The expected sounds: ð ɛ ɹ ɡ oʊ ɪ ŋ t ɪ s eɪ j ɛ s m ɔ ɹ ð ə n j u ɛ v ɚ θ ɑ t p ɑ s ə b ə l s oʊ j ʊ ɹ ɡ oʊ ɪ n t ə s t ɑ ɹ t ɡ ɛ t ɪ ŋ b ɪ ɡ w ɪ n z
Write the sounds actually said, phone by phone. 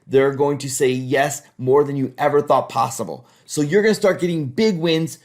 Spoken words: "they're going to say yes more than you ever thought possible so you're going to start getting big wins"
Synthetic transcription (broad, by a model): ð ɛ ɹ ɡ oʊ ɪ ŋ t ɪ s eɪ j ɛ s m ɔ ɹ ð ə n j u ɛ v ɚ θ ɑ t p ɑ s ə b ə l s oʊ j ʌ ɹ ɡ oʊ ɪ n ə s t ɑ ɹ t ɡ ɛ t ɪ ŋ b ɪ ɡ w ɪ n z